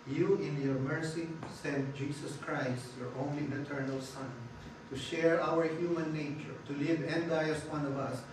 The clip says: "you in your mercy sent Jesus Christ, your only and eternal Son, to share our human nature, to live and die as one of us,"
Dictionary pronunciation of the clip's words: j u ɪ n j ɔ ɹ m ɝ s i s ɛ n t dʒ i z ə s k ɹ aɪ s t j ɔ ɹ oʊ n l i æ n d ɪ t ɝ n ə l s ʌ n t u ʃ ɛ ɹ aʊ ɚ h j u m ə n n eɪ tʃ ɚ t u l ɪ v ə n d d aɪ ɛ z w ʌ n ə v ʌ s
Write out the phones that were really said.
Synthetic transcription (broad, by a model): j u ɪ n j ɔ ɹ m ɝ s i s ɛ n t dʒ i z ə s k ɹ aɪ s t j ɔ ɹ oʊ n l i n ɪ t ɝ n ə l s ʌ n t u ʃ ɛ ɹ aʊ ɚ h j u m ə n n eɪ tʃ ɚ t u l ɪ v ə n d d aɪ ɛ s w ʌ n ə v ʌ s